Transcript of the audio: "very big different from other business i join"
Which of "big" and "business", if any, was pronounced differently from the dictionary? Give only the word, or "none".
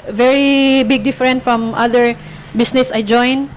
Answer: business